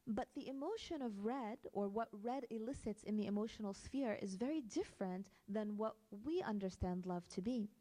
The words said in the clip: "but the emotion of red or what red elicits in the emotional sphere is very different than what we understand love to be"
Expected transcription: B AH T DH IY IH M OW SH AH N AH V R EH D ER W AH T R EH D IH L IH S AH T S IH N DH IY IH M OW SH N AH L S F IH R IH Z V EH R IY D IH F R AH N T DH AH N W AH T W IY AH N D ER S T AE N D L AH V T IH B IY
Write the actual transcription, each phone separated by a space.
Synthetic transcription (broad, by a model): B AH T DH IY IH M OW SH AH N AH V R EH D ER W AH T R EH D IH L IH S AH T S IH N DH IY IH M OW SH N L S F IH R IH Z V EH R IY D IH F R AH N DH AH N W AH T W IY AH N D ER S T AE N D L AH V T IH B IY